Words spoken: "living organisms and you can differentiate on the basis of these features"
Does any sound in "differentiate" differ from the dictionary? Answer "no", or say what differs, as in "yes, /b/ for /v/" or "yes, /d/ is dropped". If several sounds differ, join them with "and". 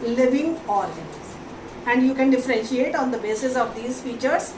no